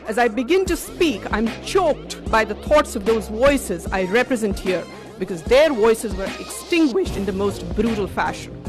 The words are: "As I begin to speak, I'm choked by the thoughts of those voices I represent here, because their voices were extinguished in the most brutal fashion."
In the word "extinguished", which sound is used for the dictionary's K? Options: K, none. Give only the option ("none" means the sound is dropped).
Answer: K